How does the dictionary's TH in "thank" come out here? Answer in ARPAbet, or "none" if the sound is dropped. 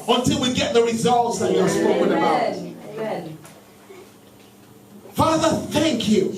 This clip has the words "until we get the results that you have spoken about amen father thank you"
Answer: TH